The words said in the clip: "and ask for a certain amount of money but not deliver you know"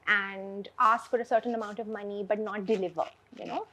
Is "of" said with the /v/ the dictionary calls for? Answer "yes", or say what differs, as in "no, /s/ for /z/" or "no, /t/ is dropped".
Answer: yes